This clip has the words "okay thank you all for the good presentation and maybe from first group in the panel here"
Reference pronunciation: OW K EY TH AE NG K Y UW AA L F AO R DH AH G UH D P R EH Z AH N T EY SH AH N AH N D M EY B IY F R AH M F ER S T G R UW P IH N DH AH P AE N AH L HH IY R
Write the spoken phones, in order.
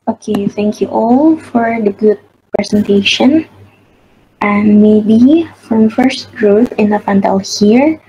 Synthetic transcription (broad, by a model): OW K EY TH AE NG K Y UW AA L F AO R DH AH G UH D P R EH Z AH N T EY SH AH N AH N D M EY B IY F R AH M F ER S T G R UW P IH N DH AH F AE N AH L HH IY R